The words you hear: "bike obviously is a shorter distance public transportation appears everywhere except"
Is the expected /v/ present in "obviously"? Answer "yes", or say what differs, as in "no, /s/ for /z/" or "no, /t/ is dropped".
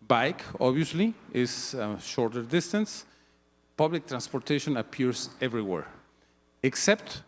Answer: no, /v/ is dropped